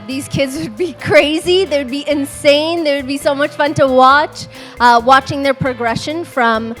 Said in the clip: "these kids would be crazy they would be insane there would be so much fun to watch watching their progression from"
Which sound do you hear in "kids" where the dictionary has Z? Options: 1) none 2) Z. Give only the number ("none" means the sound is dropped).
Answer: 2